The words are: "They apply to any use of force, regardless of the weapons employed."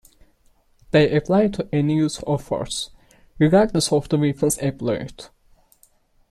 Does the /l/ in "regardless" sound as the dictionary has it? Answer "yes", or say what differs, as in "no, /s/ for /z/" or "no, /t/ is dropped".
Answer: no, /l/ is dropped